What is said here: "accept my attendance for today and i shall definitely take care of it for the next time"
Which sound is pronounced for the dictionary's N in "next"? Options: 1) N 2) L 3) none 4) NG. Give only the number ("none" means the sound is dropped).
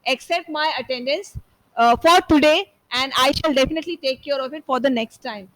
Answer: 1